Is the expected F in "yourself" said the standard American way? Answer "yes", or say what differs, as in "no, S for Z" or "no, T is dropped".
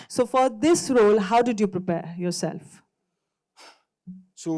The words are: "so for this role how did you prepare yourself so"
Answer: yes